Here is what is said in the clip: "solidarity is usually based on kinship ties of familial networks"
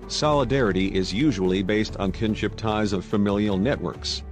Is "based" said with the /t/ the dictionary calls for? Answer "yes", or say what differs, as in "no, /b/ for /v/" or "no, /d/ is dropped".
yes